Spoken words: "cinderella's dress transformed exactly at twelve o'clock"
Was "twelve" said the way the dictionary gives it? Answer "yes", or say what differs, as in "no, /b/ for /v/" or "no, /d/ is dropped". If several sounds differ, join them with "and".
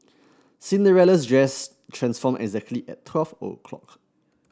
no, /f/ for /v/